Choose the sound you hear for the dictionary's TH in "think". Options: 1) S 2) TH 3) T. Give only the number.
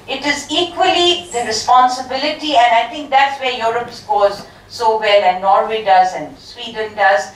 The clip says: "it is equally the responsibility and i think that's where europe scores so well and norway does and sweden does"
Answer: 3